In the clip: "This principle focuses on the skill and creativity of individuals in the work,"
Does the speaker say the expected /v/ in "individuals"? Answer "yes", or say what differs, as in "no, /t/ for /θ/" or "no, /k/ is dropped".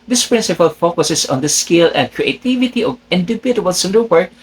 no, /b/ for /v/